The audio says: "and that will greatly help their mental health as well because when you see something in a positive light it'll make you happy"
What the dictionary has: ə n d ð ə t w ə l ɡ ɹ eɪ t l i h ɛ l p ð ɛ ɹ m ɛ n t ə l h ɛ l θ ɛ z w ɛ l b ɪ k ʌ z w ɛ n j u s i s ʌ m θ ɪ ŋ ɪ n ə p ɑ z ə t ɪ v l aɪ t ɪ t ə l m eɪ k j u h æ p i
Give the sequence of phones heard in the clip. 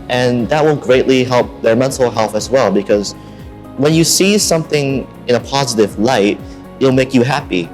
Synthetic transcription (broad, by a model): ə n ð ə t w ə n ɡ ɹ eɪ t l i h ɛ l p ð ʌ ɹ m ɛ n t l h ɛ l θ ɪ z w ɛ l b ɪ k ʌ z w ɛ n j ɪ s i s ʌ m θ ɪ ŋ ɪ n ə p ɑ z ə t ɪ v l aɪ ɪ t ə l m eɪ k j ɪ h æ p i